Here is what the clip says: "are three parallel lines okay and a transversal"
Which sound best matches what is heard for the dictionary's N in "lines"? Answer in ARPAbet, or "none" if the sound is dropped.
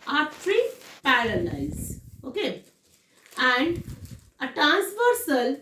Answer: none